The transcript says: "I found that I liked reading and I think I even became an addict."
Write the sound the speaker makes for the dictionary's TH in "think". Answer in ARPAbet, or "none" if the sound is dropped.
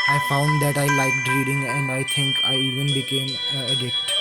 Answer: T